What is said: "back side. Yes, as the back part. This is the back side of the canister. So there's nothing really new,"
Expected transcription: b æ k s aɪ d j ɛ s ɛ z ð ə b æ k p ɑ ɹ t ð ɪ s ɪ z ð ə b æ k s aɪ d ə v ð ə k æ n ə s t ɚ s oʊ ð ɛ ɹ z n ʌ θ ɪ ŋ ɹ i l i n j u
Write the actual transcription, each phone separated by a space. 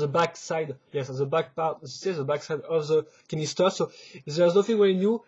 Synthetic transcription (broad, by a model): b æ k s aɪ d j ɛ s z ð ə b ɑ k p ɑ ɹ t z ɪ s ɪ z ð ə b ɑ k s aɪ d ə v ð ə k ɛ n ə s t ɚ s oʊ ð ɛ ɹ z n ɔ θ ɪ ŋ w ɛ i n j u